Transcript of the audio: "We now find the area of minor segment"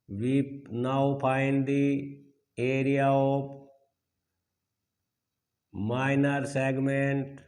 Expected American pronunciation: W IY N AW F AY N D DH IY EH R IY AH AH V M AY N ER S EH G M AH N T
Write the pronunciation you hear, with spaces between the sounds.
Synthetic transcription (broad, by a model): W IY N AW P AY N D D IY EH R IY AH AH P M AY N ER S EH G M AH N T